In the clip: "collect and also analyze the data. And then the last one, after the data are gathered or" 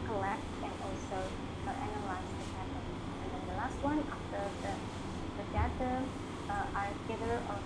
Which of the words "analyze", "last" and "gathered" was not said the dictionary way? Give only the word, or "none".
gathered